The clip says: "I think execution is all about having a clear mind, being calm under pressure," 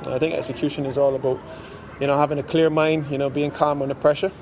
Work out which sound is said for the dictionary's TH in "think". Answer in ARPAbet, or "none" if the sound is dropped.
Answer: TH